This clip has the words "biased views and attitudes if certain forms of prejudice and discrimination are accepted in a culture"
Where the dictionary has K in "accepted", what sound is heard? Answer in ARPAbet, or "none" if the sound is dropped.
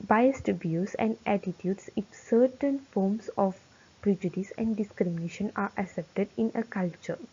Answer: none